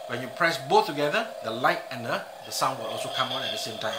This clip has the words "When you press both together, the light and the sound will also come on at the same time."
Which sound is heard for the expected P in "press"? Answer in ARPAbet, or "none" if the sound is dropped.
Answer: P